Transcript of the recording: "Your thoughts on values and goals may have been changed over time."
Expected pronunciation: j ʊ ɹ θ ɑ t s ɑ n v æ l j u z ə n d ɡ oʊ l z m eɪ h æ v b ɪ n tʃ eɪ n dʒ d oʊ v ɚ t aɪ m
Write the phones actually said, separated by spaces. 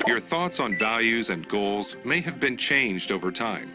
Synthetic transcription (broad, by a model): j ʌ ɹ θ ɑ t s n v æ l j u z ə n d ɡ oʊ l z m eɪ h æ v b ɪ n tʃ eɪ n dʒ d oʊ v ɚ t aɪ m